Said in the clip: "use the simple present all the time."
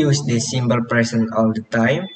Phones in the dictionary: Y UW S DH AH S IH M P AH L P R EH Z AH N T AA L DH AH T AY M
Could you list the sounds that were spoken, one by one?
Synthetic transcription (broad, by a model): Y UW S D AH S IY M B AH L P R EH S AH N AA L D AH T AY M